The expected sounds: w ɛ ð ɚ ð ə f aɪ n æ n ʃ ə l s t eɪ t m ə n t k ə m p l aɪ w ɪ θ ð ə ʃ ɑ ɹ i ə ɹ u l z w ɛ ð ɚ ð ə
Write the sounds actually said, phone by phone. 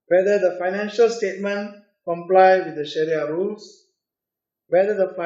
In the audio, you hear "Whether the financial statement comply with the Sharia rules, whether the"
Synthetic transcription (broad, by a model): w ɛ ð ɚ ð ə f aɪ n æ n ʃ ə l s t eɪ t m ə n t k ə m p l aɪ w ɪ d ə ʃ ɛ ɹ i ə ɹ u l s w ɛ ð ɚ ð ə